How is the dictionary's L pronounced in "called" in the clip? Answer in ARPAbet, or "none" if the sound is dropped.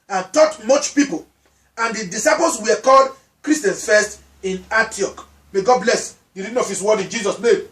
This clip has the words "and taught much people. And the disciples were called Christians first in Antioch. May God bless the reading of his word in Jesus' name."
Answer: L